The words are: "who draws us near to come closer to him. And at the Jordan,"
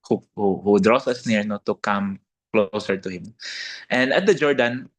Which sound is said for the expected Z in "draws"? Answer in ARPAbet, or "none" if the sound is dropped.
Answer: S